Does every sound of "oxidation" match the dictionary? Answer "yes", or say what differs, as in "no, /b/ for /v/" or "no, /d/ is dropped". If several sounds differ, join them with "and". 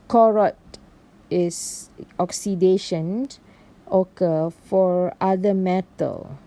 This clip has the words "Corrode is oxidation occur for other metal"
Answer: yes